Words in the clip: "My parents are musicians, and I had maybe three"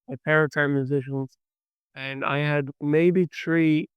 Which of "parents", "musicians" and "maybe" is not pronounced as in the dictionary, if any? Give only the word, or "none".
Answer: parents